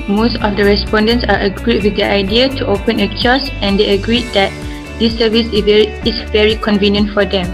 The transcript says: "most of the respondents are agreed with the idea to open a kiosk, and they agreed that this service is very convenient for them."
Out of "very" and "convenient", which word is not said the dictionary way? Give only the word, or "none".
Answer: none